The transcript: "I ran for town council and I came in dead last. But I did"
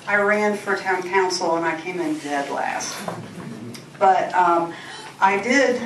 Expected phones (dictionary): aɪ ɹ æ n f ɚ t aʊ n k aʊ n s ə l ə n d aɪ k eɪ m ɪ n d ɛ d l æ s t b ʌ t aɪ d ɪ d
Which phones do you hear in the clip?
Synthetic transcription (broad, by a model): aɪ ɹ æ n f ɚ t aʊ n k aʊ n s l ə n aɪ k eɪ m ɪ n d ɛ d l æ s t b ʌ t aɪ d ɪ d